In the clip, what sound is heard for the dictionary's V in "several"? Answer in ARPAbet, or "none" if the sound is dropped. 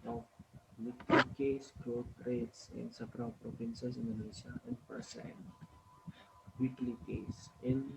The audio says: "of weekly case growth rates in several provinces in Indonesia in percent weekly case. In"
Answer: B